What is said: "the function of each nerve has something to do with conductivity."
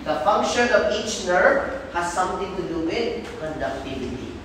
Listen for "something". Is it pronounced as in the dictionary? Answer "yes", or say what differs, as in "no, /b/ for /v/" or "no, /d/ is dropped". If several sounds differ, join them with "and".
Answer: no, /t/ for /θ/